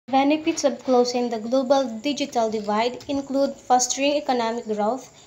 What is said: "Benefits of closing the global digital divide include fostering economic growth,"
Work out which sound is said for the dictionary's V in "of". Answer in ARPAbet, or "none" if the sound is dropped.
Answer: B